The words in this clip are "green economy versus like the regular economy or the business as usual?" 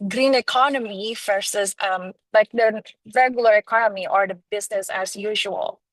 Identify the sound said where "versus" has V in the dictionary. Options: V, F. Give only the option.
F